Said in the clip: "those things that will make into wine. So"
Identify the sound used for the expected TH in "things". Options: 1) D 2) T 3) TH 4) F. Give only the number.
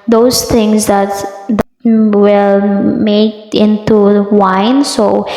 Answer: 2